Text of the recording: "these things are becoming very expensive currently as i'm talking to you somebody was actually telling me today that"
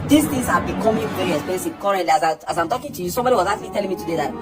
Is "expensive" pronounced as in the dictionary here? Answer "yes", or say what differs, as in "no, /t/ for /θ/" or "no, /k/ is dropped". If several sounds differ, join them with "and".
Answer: no, /k/ is dropped and /n/ is dropped